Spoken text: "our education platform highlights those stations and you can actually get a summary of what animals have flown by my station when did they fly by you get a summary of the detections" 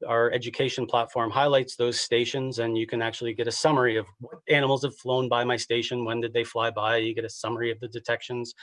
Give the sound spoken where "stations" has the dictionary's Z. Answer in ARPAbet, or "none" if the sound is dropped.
Z